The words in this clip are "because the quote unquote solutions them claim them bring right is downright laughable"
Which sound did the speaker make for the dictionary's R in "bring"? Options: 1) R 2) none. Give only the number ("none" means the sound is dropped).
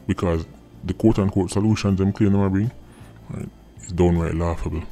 2